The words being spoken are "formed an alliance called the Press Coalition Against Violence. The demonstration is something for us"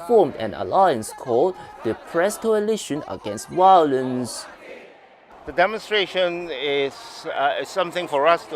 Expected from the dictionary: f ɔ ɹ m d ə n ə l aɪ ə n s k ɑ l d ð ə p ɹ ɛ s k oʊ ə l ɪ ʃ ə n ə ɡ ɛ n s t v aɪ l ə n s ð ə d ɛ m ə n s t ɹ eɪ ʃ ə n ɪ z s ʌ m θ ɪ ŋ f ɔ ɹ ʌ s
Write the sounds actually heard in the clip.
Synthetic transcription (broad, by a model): f ɔ m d ə n ə l aɪ ə n s k ɑ l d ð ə p ɹ ɛ s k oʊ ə l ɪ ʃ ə n ə ɡ ɛ n s t w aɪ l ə n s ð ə d ɛ m ə n s t ɹ eɪ ʃ ə n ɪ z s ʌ m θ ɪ ŋ f ɔ ɹ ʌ s